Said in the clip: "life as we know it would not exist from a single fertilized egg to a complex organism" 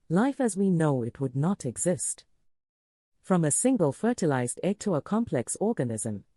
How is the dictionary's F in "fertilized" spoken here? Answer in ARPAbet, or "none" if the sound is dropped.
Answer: F